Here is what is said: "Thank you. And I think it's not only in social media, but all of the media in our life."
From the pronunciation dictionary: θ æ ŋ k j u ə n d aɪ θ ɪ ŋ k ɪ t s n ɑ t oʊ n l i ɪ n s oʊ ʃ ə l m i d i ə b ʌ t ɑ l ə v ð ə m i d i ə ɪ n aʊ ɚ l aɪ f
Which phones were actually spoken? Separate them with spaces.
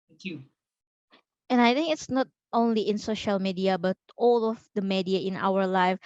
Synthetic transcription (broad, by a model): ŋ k j u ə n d aɪ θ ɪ ŋ k ɪ t s n ɑ t oʊ n l i ɪ n s oʊ ʃ ə l m i d i ə b ʌ t ɑ l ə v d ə m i d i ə ɪ n aʊ ɚ l aɪ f